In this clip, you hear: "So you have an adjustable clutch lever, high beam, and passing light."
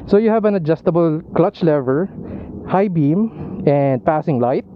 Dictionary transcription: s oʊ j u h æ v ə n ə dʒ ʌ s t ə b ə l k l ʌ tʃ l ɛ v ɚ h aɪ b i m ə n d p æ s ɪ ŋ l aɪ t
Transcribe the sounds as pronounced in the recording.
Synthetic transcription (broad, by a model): s oʊ j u h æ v ə n ə dʒ ʌ s t ə b ə l k l ʌ tʃ l ɛ v ɚ h aɪ b i m ə n d p æ s ɪ ŋ l aɪ t